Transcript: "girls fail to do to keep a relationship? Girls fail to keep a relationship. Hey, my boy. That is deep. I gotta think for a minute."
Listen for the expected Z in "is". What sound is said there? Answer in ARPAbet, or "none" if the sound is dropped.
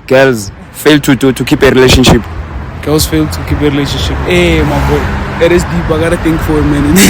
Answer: S